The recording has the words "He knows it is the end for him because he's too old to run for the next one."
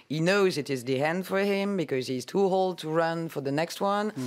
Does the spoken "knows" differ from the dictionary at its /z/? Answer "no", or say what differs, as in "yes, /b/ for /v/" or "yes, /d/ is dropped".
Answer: no